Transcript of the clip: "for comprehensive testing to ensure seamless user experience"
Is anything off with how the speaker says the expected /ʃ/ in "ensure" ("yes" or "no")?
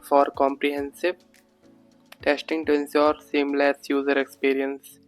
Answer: yes